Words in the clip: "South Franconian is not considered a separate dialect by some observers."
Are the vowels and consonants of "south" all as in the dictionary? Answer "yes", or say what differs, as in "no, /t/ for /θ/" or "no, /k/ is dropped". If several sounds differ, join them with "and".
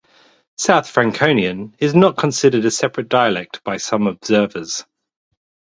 yes